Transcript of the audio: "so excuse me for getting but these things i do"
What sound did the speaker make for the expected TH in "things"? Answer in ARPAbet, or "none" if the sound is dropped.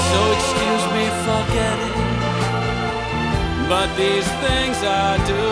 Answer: TH